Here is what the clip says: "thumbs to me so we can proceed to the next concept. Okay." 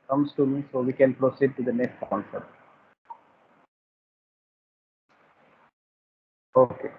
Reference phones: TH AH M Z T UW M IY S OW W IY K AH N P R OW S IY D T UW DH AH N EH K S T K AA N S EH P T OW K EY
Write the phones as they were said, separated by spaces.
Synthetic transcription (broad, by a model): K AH M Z T UW M IY S OW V IY K AH N P R OW S IY D T UW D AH N EH K S T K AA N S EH T OW K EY